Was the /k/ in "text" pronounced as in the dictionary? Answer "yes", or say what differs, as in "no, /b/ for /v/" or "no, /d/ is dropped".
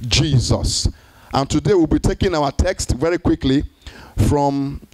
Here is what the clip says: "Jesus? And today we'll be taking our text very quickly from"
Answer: yes